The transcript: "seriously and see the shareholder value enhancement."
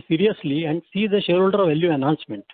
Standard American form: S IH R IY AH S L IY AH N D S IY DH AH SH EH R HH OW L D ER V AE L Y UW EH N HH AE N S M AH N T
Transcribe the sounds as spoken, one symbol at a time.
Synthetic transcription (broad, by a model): S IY R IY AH S L IY AH N D S IY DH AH SH EH R HH OW L D ER V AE L Y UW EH N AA N S M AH N T